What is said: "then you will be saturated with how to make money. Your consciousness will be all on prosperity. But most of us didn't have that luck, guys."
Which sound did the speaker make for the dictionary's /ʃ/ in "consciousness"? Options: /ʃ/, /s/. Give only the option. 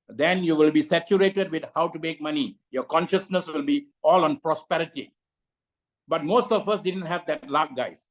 /ʃ/